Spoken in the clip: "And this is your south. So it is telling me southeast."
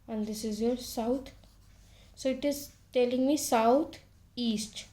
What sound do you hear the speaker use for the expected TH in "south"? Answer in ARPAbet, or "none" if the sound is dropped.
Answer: T